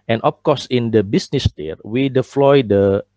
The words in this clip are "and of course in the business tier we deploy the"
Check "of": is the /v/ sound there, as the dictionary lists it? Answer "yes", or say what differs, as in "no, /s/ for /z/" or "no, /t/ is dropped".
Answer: no, /p/ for /v/